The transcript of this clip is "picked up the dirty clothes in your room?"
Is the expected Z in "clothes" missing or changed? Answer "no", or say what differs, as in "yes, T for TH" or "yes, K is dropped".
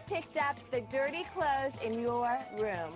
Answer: no